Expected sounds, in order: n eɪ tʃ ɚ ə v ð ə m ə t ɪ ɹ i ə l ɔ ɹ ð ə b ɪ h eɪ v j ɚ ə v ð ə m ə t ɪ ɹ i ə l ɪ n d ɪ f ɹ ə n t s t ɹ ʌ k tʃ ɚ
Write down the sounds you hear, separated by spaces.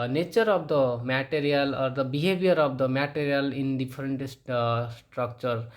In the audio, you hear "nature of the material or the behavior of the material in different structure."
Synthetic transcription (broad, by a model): n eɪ tʃ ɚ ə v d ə m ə t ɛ ɹ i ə l ɔ ɹ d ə b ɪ h eɪ b j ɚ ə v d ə m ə t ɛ ɹ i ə l ɪ n d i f ɹ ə n t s t ɹ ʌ k tʃ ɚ